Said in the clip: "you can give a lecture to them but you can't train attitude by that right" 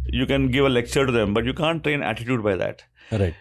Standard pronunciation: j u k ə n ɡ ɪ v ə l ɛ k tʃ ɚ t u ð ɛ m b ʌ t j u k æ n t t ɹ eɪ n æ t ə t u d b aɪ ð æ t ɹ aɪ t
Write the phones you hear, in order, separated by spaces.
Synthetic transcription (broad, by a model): j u k ə n ɡ ɪ v ə l ɛ k tʃ ɚ t u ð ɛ m b ʌ t j u k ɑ n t t ɹ eɪ n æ t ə t u d b aɪ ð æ t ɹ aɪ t